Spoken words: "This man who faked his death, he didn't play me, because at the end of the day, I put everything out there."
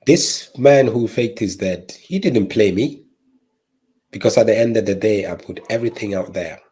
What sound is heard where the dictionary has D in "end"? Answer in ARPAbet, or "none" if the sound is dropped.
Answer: D